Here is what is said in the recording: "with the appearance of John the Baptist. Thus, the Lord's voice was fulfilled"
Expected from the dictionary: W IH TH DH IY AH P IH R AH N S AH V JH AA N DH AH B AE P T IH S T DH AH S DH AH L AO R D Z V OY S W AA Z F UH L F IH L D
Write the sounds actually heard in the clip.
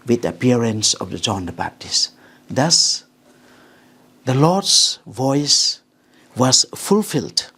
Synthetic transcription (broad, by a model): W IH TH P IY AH R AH N S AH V JH AA N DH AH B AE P T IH S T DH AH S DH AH L AO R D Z V OY S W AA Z F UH L F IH L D